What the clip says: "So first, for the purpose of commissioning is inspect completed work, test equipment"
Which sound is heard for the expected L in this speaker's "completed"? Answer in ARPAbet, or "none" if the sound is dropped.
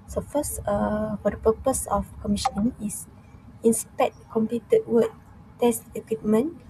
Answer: none